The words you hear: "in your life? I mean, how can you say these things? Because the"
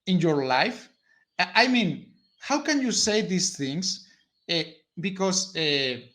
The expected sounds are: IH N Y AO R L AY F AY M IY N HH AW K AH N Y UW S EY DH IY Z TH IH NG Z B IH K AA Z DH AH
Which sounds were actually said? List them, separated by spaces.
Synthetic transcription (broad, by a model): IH N Y AO R L AY F AY M IY N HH AW K AH N Y UW S EY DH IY S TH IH NG S B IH K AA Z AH